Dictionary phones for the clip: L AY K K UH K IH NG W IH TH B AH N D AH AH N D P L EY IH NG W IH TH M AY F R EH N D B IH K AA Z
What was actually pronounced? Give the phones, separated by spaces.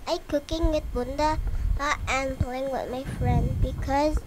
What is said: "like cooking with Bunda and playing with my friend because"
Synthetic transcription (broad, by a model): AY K K UH K IH NG W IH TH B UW N D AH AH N P L EY IH NG W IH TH M AY F R EH N D B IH K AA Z